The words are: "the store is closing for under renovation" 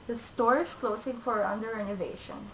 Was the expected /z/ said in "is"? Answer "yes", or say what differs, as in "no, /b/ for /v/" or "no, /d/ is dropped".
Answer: no, /s/ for /z/